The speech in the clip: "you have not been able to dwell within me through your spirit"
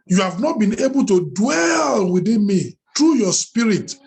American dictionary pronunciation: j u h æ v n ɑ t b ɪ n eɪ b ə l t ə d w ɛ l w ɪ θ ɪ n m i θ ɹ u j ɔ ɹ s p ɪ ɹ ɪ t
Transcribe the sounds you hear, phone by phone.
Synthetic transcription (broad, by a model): j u h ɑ v n ɑ t b ɪ n eɪ b ə l t ə d w ɛ l w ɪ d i n m i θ ɹ u j ɔ s p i ɹ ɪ t